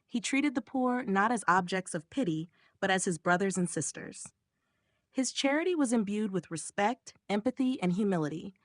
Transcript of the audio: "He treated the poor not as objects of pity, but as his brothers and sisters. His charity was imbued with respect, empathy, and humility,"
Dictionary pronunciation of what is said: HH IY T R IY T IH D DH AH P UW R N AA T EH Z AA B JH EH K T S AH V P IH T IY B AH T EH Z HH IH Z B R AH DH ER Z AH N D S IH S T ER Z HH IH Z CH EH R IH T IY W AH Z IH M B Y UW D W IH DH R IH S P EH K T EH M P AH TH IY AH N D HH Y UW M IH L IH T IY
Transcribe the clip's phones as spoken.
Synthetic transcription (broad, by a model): HH IY T R IY T IH D DH AH P UW R N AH T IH Z AA B JH EH K T S AH V P IH T IY B AH T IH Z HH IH Z B R AH DH ER Z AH N S IH S T ER Z HH IH Z CH EH R IH T IY W AH Z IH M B Y UW D W IH DH R IH S P EH K T EH M P AH TH IY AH N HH Y UW M IH L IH T IY